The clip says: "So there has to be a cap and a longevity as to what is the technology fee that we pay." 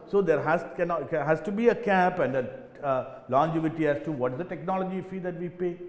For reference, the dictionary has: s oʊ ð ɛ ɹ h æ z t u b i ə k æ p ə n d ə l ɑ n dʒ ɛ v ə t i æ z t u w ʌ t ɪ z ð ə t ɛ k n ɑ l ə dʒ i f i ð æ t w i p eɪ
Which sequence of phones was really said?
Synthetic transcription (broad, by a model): s oʊ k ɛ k h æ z t u b i ə k æ p ə n d ə l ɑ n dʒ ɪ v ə t i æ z t u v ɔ t ɪ z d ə t ɛ k n ɑ l ə dʒ i f i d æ t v i p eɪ